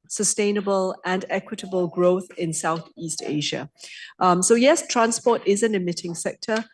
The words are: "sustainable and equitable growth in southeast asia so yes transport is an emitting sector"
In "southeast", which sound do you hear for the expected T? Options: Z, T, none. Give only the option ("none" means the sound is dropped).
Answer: T